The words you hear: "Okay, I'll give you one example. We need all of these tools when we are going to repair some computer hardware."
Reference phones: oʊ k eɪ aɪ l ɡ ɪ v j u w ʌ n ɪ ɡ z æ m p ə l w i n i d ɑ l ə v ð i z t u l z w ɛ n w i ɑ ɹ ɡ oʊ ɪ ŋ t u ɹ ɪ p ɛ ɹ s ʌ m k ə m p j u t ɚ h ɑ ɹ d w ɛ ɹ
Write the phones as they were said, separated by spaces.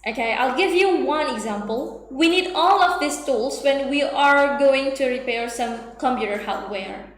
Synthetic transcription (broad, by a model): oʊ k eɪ aɪ l ɡ ɪ v j u w ʌ n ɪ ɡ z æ m p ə l w i n i d ɑ l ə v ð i s t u l s w ɛ n w i ɑ ɹ ɡ oʊ ɪ ŋ t u ɹ ɪ p ɛ ɹ s ʌ m k ə m p j u t ɚ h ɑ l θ w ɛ ɹ